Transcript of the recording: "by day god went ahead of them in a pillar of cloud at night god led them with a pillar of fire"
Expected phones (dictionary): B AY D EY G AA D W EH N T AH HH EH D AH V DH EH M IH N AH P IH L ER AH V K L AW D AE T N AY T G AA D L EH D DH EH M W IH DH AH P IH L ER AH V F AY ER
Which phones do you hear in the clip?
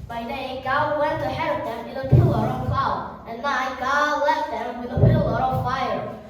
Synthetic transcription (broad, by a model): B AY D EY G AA W EH N T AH HH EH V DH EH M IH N AH P IH L ER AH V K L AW IH N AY G AA D L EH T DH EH M W IH DH AH P IH L ER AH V F AY ER